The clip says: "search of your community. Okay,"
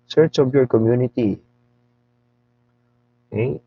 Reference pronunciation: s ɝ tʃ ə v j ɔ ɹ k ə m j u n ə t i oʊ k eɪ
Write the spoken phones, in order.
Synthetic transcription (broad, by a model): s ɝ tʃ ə b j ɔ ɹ k ə m j u n ə t i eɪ